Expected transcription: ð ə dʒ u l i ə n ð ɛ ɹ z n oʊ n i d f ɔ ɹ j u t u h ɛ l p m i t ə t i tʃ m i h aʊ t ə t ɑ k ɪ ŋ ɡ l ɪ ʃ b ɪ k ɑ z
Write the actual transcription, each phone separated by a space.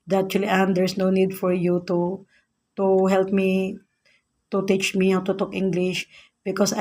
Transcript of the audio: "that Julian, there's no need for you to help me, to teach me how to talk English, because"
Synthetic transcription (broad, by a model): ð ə tʃ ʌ l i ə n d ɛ ɹ s n oʊ n i d f ɔ ɹ j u t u h ɛ l p m i t ə t i tʃ m i h aʊ t ə t ɑ k ɪ ŋ ɡ l ɪ ʃ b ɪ k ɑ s